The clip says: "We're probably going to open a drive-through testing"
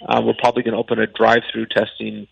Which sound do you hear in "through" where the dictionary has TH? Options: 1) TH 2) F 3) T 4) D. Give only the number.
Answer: 1